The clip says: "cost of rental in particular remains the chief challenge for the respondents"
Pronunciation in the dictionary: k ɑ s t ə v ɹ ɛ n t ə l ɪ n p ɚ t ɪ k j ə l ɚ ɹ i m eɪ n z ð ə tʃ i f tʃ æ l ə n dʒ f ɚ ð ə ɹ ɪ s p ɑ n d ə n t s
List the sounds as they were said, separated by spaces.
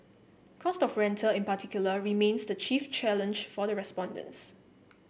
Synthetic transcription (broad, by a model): k ɑ s t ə f ɹ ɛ n t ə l ɪ n p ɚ t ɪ k j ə l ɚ ɹ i m eɪ n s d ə tʃ i f tʃ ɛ l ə n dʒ f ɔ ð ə ɹ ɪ s p ɑ n d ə n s